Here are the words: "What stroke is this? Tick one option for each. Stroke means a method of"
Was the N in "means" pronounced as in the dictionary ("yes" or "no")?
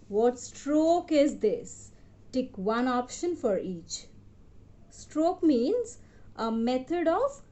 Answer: yes